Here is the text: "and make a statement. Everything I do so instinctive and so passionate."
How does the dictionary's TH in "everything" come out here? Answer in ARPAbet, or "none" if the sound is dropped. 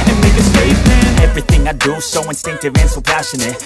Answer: TH